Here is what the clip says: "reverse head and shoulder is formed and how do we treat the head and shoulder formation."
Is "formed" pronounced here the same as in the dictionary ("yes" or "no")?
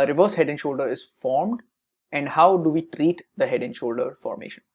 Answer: yes